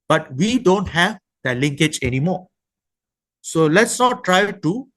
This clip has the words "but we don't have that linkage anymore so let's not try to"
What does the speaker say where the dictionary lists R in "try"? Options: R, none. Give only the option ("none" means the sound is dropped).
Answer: R